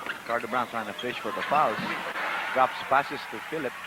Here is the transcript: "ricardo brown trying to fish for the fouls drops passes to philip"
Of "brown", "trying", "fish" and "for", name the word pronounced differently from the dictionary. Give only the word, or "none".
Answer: trying